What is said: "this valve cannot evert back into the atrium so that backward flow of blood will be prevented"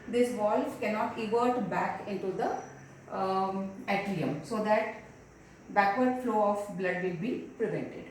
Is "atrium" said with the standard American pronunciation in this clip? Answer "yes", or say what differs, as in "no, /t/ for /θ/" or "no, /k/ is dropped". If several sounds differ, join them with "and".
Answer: no, /l/ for /ɹ/